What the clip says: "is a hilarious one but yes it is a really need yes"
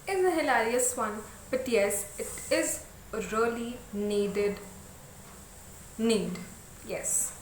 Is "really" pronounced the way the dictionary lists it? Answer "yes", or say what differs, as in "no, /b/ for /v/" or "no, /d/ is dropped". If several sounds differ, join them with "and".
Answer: no, /l/ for /ɹ/ and /n/ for /l/